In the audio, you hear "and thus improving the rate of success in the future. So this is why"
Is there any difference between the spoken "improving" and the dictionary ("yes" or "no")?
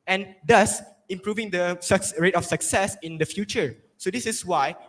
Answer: no